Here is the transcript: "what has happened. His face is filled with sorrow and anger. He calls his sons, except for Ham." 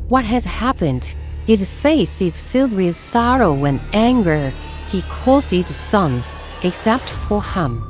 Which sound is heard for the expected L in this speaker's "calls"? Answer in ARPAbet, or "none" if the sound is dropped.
none